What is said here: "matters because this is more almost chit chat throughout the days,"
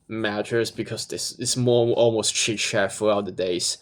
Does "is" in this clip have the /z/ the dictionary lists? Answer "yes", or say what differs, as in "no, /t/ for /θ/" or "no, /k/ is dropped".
no, /s/ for /z/